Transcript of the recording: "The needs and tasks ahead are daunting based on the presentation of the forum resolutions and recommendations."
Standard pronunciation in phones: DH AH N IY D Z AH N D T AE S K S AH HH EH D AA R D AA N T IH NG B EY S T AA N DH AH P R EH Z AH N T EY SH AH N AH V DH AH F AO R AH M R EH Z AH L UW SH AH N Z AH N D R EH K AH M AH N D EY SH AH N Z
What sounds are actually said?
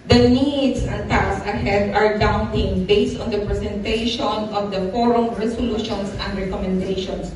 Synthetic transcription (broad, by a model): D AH N IY D S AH N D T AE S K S AH HH EH D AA R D AA N T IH NG B EY S T AA N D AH P R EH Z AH N T EY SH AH N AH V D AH F AO R AH M R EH S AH L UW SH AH N S AH N D R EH K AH M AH N D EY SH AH N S